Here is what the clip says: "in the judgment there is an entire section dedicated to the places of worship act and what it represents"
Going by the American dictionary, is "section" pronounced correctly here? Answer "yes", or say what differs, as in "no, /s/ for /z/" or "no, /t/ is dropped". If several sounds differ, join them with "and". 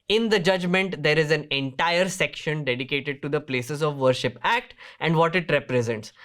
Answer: yes